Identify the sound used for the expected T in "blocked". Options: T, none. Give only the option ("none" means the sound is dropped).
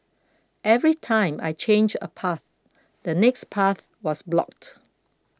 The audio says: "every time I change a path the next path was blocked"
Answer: T